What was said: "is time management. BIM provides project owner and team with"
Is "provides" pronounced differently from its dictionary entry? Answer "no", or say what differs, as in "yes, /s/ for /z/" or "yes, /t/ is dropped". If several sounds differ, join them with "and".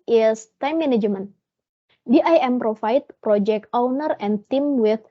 yes, /f/ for /v/